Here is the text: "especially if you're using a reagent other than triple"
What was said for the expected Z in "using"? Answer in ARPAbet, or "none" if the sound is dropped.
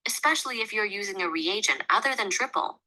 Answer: Z